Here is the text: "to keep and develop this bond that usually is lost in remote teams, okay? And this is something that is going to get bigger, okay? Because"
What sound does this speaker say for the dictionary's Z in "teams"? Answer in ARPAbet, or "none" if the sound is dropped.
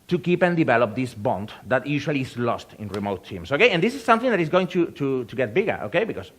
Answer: S